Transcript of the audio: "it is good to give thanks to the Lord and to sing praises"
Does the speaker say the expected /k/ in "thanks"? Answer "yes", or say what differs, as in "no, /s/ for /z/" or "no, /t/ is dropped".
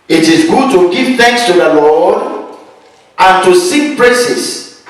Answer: yes